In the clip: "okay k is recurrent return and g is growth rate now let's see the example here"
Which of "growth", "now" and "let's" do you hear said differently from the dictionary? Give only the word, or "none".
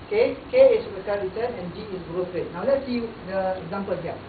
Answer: growth